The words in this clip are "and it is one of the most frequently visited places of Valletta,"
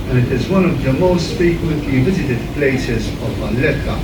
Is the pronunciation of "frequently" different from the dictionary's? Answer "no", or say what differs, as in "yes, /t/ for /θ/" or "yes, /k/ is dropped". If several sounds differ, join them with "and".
yes, /ɹ/ is dropped and /n/ is dropped